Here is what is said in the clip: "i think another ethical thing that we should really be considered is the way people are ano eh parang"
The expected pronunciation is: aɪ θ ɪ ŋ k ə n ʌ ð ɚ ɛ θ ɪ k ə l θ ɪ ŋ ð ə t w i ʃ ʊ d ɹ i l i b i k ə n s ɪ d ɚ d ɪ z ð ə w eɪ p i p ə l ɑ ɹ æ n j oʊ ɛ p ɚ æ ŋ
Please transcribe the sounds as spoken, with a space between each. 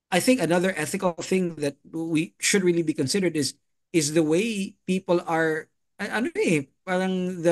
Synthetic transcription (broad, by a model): aɪ θ ɪ ŋ k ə n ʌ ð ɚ ɛ θ ɪ k ə l θ ɪ ŋ ð ə t w i ʃ ʊ d ɹ i l i b i k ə n s ɪ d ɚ d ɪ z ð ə w eɪ p i p ə l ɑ ɹ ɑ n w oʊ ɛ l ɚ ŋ